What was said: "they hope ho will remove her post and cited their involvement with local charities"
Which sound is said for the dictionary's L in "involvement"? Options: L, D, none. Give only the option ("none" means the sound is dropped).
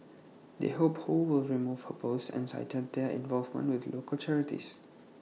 L